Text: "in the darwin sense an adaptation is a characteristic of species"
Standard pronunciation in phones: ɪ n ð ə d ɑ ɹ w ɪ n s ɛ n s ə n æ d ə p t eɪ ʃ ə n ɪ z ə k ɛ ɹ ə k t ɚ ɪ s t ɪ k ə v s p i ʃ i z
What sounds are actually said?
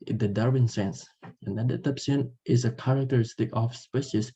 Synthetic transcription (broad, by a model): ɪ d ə d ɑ ɹ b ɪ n s ɛ n s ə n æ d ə t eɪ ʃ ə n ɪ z ə k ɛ ɹ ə k t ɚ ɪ s t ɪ k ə f s p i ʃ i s